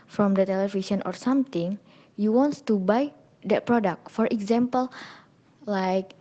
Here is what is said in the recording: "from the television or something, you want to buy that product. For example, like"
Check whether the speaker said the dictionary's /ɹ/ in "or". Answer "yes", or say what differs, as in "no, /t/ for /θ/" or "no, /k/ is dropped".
yes